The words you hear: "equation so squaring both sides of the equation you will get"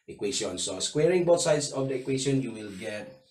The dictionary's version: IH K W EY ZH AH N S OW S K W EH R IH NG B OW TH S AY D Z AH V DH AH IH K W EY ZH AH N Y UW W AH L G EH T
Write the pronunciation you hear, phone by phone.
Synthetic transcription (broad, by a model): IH K W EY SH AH N S OW S K W EH R IH NG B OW T S AY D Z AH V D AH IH K W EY SH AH N Y UW W AH L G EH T